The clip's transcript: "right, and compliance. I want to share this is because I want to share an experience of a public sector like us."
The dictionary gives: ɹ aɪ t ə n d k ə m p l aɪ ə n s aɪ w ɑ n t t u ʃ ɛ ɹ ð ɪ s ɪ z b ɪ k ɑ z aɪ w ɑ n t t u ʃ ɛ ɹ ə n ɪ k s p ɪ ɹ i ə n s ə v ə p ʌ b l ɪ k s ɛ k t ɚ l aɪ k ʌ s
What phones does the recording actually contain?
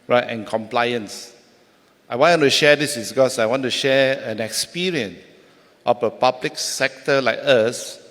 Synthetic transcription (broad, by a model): ɹ aɪ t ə n k ə m p l aɪ ə n s aɪ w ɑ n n t u ʃ ɛ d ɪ s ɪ s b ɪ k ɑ s aɪ w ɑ n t t u ʃ ɛ ə n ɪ k s p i ɹ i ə n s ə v ə p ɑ b l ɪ k s ɛ k t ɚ l aɪ k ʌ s